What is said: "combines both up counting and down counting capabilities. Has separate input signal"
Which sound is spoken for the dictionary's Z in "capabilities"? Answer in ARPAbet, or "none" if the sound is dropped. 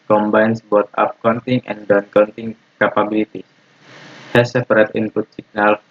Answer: none